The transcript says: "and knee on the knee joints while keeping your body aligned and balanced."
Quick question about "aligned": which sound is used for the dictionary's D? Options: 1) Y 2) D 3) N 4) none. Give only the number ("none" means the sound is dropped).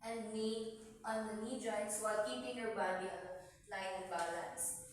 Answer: 4